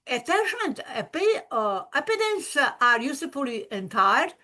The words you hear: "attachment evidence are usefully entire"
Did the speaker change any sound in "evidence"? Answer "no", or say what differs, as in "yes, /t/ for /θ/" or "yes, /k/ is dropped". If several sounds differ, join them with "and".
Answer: yes, /p/ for /v/